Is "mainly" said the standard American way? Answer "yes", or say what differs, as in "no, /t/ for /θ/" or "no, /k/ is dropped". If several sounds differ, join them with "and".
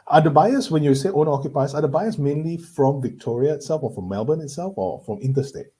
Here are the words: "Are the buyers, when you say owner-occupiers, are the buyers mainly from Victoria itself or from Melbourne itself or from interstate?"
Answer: yes